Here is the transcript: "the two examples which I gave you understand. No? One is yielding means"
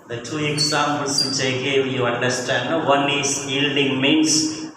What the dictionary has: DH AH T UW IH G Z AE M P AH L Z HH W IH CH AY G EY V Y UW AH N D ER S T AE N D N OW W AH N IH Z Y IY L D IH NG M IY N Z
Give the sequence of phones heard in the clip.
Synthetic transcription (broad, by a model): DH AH T UW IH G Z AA M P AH L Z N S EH IH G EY W Y UW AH N D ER S T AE N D N OW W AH N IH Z Y IY L D IH NG M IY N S